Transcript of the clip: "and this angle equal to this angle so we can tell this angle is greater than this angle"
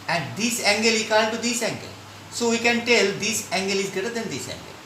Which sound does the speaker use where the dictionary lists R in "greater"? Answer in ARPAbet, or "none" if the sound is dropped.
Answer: none